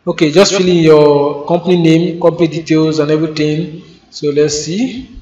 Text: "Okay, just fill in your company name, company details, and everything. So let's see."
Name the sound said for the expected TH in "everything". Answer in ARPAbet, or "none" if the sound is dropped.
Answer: T